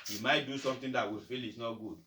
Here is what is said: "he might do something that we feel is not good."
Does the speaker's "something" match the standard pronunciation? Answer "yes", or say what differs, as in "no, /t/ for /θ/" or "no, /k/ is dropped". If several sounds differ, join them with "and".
no, /t/ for /θ/